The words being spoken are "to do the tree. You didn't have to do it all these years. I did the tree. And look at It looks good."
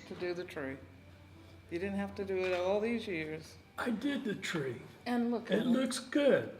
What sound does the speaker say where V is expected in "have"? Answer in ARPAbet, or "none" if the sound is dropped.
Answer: F